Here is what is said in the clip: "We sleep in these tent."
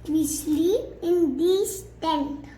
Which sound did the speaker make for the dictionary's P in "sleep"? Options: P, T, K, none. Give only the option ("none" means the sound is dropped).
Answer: none